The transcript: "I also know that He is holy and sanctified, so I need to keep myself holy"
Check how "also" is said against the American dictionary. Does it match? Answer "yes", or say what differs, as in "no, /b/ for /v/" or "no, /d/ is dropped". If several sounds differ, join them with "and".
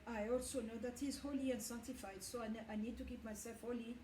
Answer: yes